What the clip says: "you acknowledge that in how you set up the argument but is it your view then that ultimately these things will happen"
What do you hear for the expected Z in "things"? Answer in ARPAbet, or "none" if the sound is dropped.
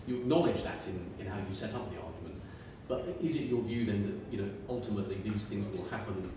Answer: Z